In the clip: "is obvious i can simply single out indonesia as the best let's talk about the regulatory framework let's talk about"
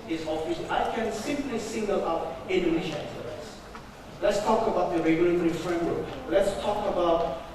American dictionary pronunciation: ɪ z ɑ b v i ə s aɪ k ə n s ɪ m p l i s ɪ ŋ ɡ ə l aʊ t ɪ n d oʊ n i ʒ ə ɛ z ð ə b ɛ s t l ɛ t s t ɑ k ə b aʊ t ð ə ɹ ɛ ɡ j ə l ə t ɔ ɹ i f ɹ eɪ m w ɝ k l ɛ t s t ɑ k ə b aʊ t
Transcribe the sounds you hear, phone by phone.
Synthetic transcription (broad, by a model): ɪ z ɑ v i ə ɪ k ə n s ɪ m p l i s ɪ ŋ ɡ ə l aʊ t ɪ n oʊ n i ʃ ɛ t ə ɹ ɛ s l ɛ t s t ɑ k ə b aʊ t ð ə ɹ ɛ ɡ j ə l ə t ɔ ɹ i f ɹ eɪ m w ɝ k l ɛ t s t ɑ k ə b aʊ t